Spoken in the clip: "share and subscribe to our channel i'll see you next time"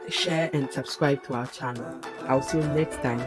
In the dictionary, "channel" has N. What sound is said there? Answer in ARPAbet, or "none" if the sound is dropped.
N